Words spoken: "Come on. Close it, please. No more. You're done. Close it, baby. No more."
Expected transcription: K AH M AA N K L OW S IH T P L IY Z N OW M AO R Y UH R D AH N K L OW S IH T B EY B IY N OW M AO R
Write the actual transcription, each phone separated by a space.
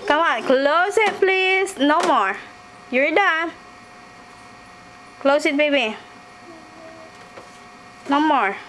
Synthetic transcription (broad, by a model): K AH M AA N K L OW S IH T P L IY S N OW M AO R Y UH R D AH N K L OW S IH T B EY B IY N OW M AO R